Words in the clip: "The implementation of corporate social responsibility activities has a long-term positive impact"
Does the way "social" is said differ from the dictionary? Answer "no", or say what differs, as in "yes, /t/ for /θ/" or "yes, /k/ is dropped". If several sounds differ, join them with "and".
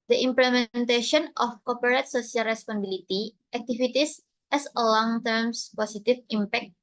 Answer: yes, /s/ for /ʃ/